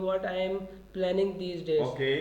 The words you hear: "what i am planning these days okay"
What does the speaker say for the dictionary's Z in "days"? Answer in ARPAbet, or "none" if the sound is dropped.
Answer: none